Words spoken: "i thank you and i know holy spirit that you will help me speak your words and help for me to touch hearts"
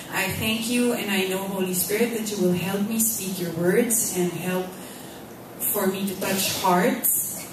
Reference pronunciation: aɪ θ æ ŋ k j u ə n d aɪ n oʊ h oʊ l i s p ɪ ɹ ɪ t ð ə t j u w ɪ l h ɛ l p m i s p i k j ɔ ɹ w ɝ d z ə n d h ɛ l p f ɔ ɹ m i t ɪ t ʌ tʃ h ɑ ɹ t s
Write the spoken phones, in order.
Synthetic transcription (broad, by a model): aɪ θ æ ŋ k j u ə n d aɪ n oʊ h oʊ l i s p ɪ ɹ ɪ t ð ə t j u w ɪ l h ɛ l p m i s p i k j ɔ ɹ w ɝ d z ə n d h ɛ l p f ɔ ɹ m i t ɪ t ʌ tʃ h ɑ ɹ t s